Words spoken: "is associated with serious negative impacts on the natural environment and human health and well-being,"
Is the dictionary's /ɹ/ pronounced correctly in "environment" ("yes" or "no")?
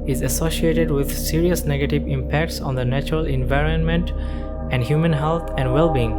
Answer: yes